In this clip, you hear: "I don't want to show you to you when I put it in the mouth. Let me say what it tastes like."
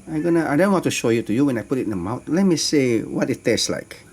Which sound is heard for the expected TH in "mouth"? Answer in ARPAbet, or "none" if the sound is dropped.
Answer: T